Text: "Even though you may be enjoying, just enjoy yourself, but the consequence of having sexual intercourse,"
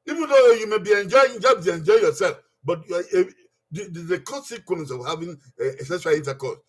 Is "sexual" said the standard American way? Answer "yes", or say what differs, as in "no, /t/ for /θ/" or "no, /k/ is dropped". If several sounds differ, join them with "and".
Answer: no, /k/ is dropped